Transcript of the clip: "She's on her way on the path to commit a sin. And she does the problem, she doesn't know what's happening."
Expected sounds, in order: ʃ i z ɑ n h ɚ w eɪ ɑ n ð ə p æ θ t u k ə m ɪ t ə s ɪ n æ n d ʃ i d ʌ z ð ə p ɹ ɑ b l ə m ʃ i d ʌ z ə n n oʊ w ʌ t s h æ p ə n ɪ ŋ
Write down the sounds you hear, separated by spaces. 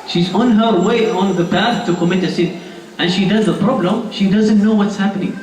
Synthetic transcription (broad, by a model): ʃ i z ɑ n h ɚ w eɪ ɑ n ð ə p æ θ t u k ə m ɪ t ə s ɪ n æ n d ʃ i d ʌ z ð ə p ɹ ɑ b l ə m ʃ i d ʌ z ə n n oʊ w ʌ t s h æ p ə n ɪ ŋ